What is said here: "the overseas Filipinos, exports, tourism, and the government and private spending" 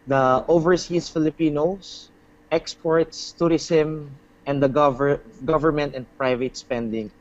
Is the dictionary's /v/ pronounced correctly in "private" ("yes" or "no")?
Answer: yes